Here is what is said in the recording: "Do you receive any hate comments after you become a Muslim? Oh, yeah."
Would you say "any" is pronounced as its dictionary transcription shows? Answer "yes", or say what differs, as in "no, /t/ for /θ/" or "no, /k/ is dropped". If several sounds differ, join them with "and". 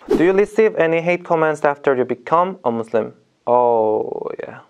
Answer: yes